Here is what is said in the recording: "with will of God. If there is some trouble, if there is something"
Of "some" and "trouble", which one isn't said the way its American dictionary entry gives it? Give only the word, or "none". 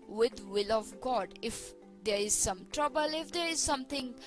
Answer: none